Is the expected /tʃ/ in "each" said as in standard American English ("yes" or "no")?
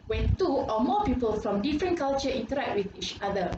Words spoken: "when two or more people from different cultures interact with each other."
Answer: yes